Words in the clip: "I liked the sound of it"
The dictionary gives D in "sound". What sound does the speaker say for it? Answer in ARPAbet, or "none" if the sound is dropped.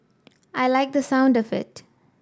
D